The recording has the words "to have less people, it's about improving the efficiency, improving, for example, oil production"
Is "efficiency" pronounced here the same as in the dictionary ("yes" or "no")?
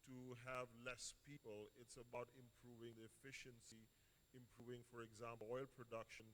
yes